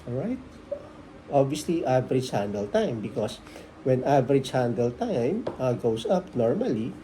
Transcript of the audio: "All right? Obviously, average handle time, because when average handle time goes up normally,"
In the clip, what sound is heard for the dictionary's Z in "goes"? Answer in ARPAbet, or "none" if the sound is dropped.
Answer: S